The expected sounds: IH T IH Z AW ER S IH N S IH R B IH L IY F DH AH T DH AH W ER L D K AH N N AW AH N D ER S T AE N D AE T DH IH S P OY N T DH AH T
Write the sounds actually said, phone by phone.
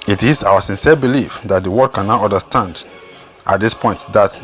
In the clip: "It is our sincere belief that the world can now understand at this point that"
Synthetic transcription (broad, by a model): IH T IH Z AW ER S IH N S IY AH B IH L IY F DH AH T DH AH W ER D K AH N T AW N D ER S T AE N D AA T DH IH S P OY N T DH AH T